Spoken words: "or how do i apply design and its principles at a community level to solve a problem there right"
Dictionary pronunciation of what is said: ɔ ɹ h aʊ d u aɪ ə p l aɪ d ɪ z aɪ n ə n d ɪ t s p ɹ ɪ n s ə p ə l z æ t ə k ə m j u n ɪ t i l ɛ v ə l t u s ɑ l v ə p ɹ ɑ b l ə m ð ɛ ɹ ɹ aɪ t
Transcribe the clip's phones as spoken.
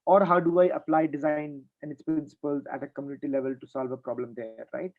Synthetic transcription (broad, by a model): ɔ ɹ h aʊ d u aɪ ə p l aɪ d ɪ z aɪ n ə n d ɪ t s p ɹ ɪ n s ə p ə l z æ t ə k ə m j u n ɪ t i l ɛ v ə l t u s ɑ l v ə p ɹ ɑ b l ə m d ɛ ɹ ɹ aɪ t